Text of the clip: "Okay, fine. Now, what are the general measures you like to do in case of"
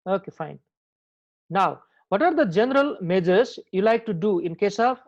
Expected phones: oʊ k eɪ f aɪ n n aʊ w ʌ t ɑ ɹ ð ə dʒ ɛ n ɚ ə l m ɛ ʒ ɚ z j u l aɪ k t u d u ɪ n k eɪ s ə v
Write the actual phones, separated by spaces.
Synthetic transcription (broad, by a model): oʊ k eɪ f aɪ n n aʊ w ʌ t ɑ ɹ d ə dʒ ɛ n ɚ ə l m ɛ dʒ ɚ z j u l aɪ k t u d u ɪ n k eɪ s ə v